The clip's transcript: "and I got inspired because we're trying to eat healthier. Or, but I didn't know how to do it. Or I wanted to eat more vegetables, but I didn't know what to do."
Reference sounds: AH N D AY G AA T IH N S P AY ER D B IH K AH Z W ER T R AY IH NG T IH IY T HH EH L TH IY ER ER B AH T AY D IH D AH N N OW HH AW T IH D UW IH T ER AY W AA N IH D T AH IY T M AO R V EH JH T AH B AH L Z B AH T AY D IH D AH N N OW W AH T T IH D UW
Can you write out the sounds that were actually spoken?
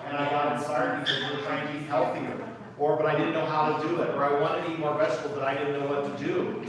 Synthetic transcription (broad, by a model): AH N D AY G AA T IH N S AY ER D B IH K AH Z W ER T R AY IH NG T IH IY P HH EH L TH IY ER ER B AH T AY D IH D N N OW HH AW T IH D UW IH T ER AY W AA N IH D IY M AO R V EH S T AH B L B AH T AY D IH D N N OW W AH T T IH D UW